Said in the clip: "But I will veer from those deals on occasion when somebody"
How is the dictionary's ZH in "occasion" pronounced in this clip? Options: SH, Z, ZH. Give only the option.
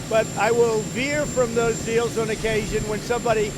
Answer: ZH